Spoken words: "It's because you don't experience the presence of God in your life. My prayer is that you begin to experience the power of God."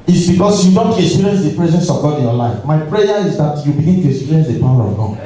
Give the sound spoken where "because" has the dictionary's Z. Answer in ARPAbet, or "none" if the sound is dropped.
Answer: S